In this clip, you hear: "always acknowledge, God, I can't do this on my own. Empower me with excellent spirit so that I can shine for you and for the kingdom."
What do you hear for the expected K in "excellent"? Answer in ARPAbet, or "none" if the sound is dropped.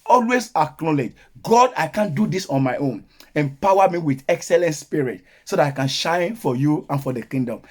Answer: K